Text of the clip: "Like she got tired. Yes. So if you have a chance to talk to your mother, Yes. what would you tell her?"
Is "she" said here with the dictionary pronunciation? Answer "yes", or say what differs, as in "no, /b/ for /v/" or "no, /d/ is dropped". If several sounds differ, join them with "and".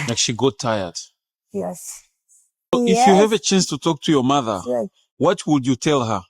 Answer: yes